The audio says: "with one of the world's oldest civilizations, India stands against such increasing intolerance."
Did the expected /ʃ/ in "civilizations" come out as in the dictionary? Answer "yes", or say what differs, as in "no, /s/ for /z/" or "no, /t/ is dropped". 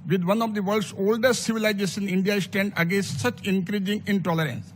no, /s/ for /ʃ/